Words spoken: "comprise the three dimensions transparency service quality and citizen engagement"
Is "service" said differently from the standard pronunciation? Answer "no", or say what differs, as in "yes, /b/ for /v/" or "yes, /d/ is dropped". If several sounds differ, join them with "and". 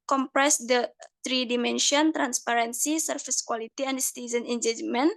yes, /f/ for /v/